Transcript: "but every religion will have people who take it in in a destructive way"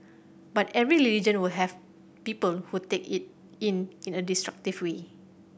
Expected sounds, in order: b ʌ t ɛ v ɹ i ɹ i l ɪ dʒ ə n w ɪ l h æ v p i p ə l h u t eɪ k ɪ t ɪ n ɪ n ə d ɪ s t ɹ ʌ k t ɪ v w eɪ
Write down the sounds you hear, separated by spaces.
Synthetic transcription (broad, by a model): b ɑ t ɛ v ɹ i l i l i dʒ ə n w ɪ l h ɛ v p i p ə l h u t eɪ k ɪ t ɪ n ɪ n ə d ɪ s t ɹ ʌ k t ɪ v w eɪ